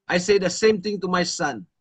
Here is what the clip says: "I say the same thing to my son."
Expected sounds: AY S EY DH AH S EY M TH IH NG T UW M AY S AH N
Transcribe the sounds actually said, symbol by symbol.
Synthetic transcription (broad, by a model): AY S EY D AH S EY M T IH NG T UW M AY S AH N